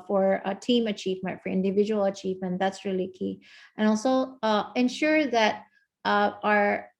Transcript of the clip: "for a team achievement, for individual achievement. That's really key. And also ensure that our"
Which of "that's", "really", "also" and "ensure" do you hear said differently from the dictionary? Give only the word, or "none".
none